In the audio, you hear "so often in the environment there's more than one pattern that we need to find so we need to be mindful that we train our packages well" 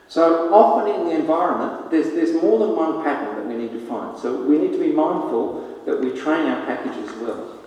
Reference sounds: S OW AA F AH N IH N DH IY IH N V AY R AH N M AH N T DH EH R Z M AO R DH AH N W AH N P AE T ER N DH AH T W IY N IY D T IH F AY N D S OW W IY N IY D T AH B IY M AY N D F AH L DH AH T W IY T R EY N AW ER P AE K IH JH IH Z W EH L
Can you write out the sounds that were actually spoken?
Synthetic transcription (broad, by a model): S OW AA F AH N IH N DH IY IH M V AY R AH N M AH N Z DH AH R Z M AO R DH AH N W AH N P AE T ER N DH AH T W IY N IY D T IH F AY N D S OW W IY N IY D T AH B IY M AY N D F AH L DH AH T W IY T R EY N AW ER P AE K IH JH IH Z W EH L